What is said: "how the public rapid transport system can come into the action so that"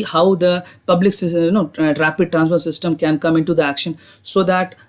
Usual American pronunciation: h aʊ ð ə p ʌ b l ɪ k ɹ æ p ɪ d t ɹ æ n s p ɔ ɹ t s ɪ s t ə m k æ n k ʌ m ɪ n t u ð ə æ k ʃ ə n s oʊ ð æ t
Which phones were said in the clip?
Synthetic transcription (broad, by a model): h aʊ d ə p ʌ b l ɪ k ɹ æ p ɪ d t ɹ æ n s f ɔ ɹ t s ɪ s t ə m k æ n k ʌ m ɪ n t u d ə æ k ʃ ə n s oʊ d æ t